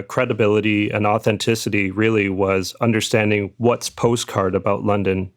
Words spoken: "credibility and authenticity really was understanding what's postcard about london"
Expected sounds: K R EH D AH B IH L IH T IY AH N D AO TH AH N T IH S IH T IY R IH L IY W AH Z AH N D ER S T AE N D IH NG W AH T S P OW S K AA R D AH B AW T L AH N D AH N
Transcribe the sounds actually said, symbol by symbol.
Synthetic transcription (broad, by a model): K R EH D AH B IH L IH T IY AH N AO TH AH N T IH S IH T IY R IH L IY W AH Z AH N D ER S T AE N D IH NG W AH T S P OW S K AA R D AH B AW T L AH N D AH N